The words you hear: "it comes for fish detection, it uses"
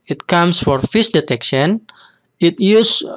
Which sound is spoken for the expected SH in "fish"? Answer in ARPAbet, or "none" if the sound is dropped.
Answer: S